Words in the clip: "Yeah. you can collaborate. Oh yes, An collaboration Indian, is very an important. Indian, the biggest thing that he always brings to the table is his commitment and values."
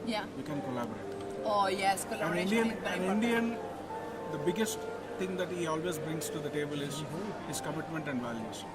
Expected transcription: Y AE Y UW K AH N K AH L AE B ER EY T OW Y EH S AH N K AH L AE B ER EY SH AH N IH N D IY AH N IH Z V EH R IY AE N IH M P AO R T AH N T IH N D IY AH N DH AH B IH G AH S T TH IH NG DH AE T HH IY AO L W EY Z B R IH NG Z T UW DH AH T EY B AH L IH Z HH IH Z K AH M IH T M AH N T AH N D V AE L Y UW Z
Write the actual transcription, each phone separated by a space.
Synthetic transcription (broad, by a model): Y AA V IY K AH N K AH L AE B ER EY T OW Y EH S K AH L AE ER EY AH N IH N D IY AH N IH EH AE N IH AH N IH N D IY AH N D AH B IH G AH S T T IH NG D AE T HH IY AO L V EY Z B R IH NG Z T UW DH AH T EY B AH L IH Z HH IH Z K AH M IH T M AH N T AH N D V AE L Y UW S